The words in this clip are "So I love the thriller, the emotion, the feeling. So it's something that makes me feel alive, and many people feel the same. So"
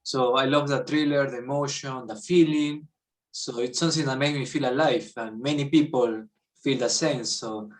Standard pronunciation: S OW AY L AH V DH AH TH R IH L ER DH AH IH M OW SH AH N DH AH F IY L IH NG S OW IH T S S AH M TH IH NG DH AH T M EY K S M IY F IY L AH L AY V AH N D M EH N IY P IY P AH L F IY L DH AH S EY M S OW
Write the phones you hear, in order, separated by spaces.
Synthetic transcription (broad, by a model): S OW AY L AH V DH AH T R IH L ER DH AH IH M OW SH AH N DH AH F IY L IH NG S OW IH T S S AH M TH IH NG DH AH T M EY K M IY F IY L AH L AY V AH N M EH N IY P IY P AH L F IY L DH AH S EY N S OW